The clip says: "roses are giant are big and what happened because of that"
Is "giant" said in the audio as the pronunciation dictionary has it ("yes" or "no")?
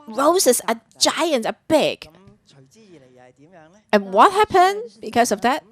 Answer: yes